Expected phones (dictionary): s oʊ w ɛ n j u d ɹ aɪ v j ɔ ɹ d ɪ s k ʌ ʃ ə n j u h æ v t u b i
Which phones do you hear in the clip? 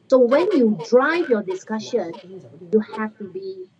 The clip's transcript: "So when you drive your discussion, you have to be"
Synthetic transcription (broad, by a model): s oʊ w ɛ n j u d ɹ aɪ v j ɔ d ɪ s k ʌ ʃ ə n j u h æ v t u b i